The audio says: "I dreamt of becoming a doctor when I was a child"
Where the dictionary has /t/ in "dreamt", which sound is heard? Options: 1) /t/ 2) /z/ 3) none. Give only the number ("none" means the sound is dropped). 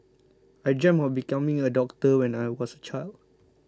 3